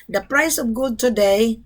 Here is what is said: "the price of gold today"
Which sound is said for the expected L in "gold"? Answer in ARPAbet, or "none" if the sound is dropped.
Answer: none